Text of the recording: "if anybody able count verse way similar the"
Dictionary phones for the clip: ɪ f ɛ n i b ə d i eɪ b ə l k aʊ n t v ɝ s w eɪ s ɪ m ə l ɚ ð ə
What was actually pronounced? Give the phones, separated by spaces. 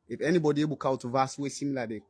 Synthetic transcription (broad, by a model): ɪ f ɛ n i b ə d i eɪ b ə l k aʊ t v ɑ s w eɪ s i m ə l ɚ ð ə